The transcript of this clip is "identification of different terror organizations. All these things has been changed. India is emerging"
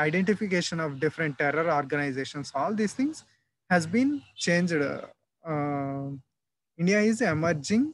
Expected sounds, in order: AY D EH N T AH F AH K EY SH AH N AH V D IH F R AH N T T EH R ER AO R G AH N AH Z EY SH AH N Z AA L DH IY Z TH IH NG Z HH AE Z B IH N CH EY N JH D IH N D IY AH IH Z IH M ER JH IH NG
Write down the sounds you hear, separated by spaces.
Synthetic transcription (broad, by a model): AY D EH N T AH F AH K EY SH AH N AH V D IH F R AH N T T EH R ER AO R G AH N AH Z EY SH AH N S AA L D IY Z T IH NG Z HH AE Z B IH N CH EY N JH D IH N D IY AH IH Z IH M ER JH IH NG